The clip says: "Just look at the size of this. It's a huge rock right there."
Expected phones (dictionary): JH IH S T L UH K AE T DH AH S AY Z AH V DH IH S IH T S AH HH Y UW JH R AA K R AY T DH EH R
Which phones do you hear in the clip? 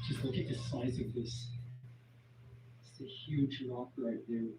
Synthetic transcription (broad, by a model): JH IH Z L UH K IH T DH AH S AY Z AH V DH IH S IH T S AH HH Y UW JH L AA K L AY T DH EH